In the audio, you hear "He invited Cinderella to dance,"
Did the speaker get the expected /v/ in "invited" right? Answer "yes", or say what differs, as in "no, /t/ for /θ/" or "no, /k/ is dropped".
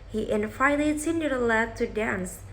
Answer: no, /f/ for /v/